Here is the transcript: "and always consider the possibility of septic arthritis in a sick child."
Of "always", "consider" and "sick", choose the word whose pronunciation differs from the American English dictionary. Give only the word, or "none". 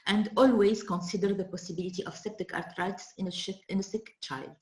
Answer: none